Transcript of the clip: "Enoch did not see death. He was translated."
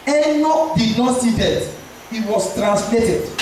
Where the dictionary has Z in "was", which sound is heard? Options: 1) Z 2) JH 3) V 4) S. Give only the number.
4